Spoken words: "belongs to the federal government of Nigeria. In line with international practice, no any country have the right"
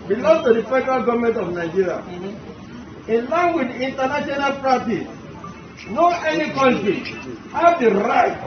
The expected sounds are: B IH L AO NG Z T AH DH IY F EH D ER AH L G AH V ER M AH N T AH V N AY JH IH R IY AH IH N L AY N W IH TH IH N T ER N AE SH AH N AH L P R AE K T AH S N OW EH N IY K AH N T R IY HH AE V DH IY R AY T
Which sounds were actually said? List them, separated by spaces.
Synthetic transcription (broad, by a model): B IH L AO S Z T AH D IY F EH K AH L G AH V M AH N T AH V N AY JH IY R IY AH IH N L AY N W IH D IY N T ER N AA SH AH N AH L P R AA T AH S N OW EH N IY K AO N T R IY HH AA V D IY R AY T